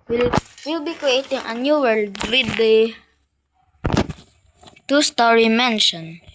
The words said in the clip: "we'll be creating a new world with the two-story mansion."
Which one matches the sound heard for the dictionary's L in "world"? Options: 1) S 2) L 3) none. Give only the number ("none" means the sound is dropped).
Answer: 2